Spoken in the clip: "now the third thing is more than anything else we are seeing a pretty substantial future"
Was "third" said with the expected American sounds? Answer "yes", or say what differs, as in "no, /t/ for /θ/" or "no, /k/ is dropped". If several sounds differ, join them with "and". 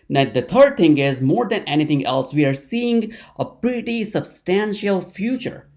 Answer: no, /t/ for /θ/